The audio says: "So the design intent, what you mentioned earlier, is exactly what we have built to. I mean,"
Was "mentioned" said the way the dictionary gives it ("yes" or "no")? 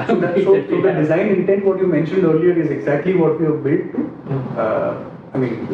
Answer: yes